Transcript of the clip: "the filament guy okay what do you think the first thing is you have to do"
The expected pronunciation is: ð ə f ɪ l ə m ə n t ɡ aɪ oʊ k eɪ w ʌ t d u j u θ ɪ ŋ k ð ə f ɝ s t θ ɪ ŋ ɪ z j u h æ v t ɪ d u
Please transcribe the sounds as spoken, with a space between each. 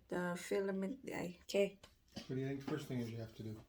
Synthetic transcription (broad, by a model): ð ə f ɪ l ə m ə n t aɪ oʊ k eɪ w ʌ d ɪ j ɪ θ ɪ ŋ k ð ə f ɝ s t θ ɪ ŋ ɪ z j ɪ h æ f t ɪ d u